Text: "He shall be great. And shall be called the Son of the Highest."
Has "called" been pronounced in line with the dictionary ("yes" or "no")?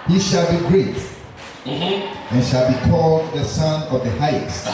yes